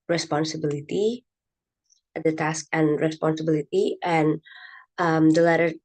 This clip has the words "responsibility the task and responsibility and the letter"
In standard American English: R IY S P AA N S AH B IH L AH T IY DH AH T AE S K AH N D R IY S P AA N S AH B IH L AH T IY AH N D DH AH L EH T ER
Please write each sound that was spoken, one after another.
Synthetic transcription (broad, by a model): R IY S P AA N S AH B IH L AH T IY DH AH T AE S K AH N R IY S P AA N S AH B IH L AH T IY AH N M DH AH L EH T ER